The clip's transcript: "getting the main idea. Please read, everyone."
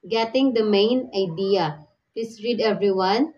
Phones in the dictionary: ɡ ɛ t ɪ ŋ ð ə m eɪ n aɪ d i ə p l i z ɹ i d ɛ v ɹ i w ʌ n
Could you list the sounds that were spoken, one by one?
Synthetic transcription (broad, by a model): ɡ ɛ t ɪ ŋ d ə m eɪ n aɪ d i ə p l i s ɹ i d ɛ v ɹ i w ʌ n